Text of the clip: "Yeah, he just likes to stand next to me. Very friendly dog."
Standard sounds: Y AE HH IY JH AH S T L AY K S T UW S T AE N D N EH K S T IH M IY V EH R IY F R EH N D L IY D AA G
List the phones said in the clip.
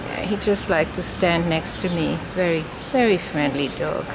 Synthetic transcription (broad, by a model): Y HH IY JH AH S T L AY K T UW S T AE N D N EH K S T IH M IY V EH R IY F R EH N D L IY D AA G